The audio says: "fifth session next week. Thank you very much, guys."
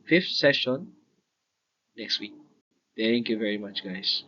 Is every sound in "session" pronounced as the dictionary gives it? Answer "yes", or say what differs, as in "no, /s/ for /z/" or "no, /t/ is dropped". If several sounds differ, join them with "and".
yes